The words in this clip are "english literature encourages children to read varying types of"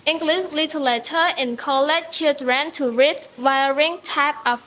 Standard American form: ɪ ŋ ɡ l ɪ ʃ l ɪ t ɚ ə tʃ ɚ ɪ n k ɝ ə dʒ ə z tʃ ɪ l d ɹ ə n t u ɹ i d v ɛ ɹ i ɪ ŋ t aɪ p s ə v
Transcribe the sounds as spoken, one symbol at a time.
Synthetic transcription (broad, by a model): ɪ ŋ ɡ l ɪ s l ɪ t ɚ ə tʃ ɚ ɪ n k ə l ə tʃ tʃ ɪ l d ɹ ə n t u ɹ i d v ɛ ɹ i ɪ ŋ t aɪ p ə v